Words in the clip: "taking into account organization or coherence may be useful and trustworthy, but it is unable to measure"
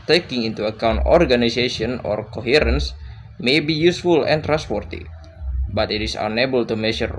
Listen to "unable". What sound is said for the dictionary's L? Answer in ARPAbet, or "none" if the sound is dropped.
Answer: L